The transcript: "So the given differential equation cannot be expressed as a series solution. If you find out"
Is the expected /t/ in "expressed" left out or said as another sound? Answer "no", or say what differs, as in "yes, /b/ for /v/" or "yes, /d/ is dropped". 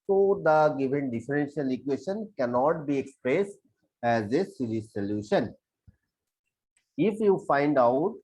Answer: no